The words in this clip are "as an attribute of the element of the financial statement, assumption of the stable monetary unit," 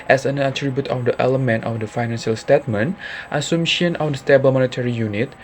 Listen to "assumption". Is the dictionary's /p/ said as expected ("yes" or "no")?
no